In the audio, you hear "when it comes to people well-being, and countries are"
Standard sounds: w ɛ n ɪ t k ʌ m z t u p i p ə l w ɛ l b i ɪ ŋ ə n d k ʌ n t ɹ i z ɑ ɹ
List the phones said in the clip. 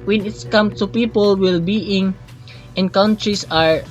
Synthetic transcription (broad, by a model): w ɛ n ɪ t k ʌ m t u p i p ə l w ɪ l b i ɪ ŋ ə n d k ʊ n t ɹ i s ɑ ɹ